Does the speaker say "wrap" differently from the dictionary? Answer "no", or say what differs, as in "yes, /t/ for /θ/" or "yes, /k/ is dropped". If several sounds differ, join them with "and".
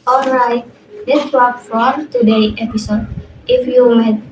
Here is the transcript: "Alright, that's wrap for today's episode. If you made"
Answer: yes, /w/ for /ɹ/